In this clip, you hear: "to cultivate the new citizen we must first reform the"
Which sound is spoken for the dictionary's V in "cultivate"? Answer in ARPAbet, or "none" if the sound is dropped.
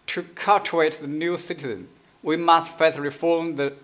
none